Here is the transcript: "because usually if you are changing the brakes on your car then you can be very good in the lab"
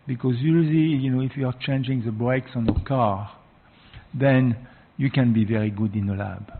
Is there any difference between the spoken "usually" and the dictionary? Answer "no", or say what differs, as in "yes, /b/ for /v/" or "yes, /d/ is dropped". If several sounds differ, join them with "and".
yes, /n/ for /l/